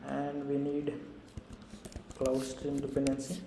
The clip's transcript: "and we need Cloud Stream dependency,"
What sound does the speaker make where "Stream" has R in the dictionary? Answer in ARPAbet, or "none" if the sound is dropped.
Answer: R